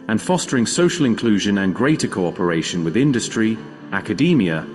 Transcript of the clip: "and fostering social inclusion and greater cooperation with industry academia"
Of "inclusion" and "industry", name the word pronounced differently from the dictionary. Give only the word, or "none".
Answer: none